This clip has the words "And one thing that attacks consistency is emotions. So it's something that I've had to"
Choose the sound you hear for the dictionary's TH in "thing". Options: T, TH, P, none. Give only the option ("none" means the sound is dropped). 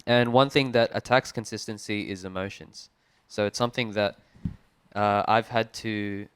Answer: TH